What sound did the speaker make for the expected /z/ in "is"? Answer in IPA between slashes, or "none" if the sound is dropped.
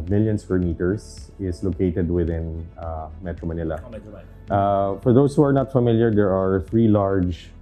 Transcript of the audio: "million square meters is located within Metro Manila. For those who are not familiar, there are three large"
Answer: /s/